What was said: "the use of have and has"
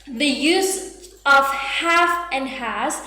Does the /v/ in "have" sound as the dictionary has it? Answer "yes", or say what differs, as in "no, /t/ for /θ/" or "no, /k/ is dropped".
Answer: no, /f/ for /v/